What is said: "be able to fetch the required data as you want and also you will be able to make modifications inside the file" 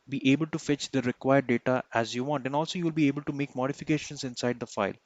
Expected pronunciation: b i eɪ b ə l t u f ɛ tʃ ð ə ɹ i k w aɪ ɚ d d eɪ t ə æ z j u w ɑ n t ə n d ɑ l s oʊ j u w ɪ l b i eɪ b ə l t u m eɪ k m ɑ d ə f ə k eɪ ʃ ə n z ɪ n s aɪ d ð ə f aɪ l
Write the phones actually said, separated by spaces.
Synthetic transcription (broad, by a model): b i eɪ b ə l t u f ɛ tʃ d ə ɹ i k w aɪ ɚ d d eɪ t ə æ z j u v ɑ n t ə n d ɑ l s oʊ j u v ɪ l b i eɪ b ə l t u m eɪ k m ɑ d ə f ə k eɪ ʃ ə n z ɪ n s aɪ d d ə f aɪ l